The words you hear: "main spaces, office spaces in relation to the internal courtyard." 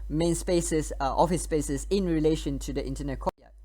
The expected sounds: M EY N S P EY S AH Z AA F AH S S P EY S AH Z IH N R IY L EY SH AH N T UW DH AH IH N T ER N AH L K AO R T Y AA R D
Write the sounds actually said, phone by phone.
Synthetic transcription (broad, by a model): M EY N S P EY S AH S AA F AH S S P EY S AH S IH N R IY L EY SH AH N T UW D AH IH N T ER N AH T K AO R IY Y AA